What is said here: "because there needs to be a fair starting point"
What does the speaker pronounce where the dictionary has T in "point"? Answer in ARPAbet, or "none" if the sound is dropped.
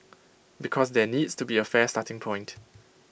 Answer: T